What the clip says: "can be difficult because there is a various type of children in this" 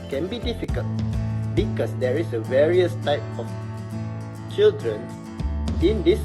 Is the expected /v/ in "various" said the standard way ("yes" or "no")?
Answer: yes